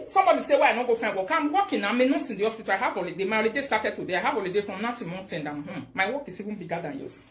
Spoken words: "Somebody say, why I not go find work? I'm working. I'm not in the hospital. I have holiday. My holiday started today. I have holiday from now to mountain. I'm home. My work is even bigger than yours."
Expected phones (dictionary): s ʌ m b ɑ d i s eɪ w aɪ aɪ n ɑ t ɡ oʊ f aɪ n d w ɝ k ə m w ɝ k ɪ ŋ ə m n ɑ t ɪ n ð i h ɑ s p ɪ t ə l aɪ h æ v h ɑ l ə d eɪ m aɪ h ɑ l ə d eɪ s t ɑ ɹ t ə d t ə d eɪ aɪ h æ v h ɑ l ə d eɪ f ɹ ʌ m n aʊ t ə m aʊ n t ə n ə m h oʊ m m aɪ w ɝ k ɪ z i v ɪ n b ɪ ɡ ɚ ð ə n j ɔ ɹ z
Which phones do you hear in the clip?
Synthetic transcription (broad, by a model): s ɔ m b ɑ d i s eɪ w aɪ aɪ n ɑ ɡ oʊ f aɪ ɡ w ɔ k ə m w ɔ k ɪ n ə m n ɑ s ɪ n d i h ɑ s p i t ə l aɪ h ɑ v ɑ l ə d eɪ m aɪ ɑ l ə d eɪ s t ɑ t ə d t ə d eɪ aɪ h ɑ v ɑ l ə d eɪ f ɹ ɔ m n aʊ t ə m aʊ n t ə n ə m h oʊ m m aɪ w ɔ k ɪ s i w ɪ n b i ɡ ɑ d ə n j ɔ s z